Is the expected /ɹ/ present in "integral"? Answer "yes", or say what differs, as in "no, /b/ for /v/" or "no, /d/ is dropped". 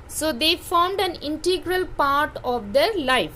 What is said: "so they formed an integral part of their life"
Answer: yes